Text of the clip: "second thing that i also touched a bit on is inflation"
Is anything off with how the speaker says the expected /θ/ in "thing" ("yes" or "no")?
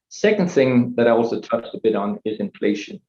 no